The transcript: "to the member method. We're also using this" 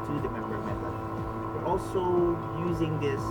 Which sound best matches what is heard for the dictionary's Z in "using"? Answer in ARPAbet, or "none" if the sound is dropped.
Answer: Z